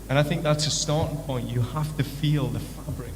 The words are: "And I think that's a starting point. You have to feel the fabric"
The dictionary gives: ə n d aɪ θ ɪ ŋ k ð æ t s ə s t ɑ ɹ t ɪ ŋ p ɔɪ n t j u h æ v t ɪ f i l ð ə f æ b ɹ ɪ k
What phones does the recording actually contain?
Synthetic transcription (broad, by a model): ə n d aɪ θ ɪ ŋ k ð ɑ t s ə s t ɑ ɹ t ɪ ŋ p ɔɪ n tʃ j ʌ h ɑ f t ɪ f i l ð ə f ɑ b ɹ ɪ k